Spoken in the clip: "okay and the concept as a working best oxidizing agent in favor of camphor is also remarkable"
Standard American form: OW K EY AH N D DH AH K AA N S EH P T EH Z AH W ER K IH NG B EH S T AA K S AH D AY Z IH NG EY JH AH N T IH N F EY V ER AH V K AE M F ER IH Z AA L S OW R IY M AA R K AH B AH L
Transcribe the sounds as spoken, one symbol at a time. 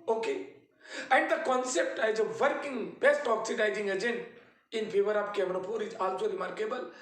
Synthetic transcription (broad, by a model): OW K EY AH N D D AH K AA N S EH P T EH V AH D K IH NG B EH S T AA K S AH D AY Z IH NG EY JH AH N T IH N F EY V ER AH P K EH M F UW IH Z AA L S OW R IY M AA R K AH B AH L